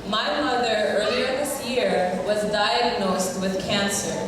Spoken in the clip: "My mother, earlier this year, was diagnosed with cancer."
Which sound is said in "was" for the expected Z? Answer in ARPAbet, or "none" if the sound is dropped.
Z